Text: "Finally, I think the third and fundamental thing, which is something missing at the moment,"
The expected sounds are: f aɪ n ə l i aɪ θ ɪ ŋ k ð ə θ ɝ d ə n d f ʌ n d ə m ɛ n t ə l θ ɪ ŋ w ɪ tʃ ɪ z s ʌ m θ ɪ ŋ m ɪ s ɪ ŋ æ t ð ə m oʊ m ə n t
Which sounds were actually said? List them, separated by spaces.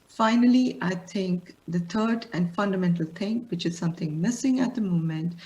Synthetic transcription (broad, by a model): f aɪ n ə l i aɪ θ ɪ ŋ k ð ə t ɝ d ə n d f ʌ n d ə m ɛ n t ə l t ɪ ŋ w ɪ tʃ ɪ z s ʌ m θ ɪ ŋ m ɪ s ɪ ŋ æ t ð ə m oʊ m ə n t